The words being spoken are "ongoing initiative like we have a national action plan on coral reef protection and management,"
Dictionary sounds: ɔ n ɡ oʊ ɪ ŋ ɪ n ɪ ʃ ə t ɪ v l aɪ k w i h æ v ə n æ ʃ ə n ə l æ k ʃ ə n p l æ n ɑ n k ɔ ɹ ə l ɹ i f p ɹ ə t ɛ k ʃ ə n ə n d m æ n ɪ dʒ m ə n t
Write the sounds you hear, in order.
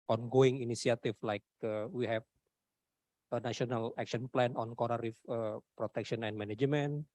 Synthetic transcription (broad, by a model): ɔ n ɡ oʊ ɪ ŋ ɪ n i s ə t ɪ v l aɪ k w i h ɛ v ə n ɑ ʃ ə n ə l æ k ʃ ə n p l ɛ n ɑ n k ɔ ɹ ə ɹ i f p ɹ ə t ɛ k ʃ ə n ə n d m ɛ n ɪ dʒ m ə n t